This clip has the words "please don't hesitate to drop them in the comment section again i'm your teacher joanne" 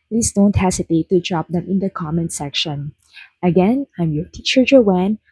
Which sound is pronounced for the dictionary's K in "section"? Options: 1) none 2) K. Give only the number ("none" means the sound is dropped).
2